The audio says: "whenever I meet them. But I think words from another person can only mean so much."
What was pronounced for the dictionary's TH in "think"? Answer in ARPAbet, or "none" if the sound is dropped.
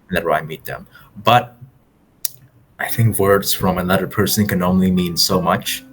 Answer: TH